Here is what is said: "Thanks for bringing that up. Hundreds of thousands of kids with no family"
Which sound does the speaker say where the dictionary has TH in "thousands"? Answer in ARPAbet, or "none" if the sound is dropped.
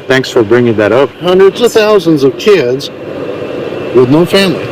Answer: TH